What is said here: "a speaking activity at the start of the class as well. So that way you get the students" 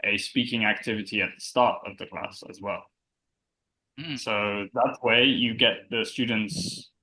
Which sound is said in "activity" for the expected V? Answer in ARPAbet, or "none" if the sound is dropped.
V